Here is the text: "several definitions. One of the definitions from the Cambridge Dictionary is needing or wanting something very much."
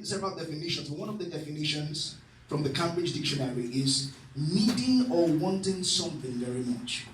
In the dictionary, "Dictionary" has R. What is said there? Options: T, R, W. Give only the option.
R